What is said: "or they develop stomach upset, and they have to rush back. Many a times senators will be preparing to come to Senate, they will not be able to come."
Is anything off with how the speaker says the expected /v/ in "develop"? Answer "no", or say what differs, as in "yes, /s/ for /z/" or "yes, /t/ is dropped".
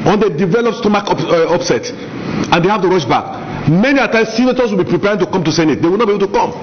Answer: no